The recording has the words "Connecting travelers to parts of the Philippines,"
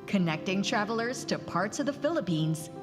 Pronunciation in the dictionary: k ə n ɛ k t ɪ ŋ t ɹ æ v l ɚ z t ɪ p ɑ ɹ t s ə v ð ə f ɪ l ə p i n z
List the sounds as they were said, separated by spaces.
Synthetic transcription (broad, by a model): k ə n ɛ k t ɪ ŋ t ɹ æ v l ɚ z t ɪ p ɑ ɹ t s ə v ð ə f ɪ l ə p i n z